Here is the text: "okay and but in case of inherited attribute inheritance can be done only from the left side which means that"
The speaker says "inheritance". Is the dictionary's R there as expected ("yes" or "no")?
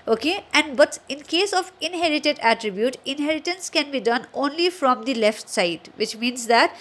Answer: yes